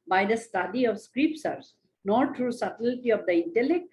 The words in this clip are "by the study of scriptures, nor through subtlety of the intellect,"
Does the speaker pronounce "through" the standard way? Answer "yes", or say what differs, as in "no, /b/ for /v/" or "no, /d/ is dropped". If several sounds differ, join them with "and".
no, /t/ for /θ/